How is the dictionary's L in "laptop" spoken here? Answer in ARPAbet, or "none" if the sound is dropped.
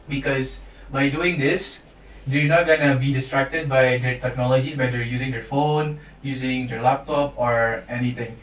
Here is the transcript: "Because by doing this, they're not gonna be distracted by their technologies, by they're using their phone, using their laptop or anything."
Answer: L